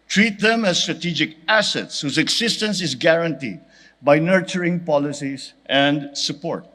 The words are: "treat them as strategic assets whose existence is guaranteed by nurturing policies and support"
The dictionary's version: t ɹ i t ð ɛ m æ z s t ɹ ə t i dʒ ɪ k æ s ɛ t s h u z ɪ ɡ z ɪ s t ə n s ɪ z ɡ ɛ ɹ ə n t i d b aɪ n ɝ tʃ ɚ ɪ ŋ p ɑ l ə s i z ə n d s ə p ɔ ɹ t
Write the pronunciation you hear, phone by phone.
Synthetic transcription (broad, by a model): t ɹ i t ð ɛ m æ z s t ɹ ə t i dʒ ɪ k æ s ɛ t s h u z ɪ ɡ s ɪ s t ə n s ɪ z ɡ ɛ ɹ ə n t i d b aɪ n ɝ tʃ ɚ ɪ ŋ p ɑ l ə s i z ə n d s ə p ɔ ɹ t